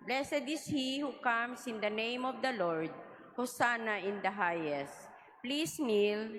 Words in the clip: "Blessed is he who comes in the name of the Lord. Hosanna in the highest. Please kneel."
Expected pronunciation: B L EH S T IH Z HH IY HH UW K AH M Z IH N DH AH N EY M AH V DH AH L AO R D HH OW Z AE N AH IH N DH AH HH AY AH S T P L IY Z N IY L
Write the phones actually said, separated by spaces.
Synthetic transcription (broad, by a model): B L EH S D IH S HH IY HH UW K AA M S IH N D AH N EY M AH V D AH L AO R D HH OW S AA N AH IH N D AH HH AY AH S T P L IY S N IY L